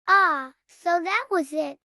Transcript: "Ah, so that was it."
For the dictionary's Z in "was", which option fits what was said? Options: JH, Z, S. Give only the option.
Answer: Z